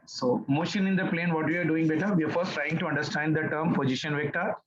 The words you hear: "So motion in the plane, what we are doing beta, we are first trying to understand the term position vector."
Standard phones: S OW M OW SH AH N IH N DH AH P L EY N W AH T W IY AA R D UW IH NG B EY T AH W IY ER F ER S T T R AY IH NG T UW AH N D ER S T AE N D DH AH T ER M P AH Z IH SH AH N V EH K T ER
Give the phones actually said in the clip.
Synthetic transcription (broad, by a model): S OW M OW SH AH N IH N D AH P L EY N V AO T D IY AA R D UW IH NG B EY T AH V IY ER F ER S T T R AY IH NG T UW AH N D ER S T AE N D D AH T ER M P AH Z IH SH AH N V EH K T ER